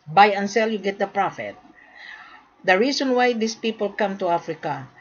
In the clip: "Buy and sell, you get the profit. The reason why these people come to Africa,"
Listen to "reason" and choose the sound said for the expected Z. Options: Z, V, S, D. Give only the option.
S